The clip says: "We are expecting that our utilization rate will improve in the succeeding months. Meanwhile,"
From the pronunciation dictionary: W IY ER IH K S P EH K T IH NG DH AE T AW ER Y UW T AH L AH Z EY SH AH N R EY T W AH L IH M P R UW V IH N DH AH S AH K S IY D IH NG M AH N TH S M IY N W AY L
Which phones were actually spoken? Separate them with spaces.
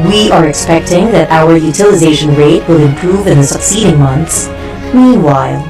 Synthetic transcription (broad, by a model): W IY ER IH K S P EH K T IH NG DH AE T AW ER Y UW T AH L AH Z EY SH AH N R EY T W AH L IH M P R UW V IH N DH AH S AH K S IY D IH NG M AH N TH S M IY N W AY L